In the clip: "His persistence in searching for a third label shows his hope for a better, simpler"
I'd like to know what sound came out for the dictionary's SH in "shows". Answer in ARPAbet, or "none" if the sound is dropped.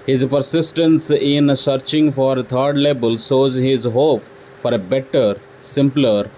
S